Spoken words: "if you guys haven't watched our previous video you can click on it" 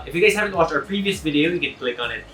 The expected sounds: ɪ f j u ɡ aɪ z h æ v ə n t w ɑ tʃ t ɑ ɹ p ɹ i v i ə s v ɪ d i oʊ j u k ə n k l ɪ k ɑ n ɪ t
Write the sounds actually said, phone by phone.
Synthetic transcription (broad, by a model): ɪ f j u ɡ aɪ z h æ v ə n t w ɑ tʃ ʌ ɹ p ɹ i v i ə s v ɪ d i oʊ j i k ə n k l ɪ k ɑ n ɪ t